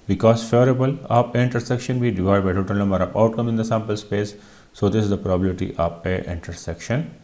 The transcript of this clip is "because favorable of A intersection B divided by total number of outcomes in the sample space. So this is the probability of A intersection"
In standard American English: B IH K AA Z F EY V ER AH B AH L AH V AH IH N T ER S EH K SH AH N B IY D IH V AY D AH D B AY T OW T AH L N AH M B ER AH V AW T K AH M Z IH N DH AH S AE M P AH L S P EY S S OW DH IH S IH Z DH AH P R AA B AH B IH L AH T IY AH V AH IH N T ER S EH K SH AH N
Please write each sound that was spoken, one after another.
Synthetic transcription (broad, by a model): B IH K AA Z F EY V ER AH B AH L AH P AH IH N T ER S EH K SH AH N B IY D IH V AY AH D B AY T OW T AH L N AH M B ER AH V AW T K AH M IH N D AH S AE M P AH L S P EY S S OW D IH S IH Z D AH P R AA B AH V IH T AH T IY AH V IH N T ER S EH K SH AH N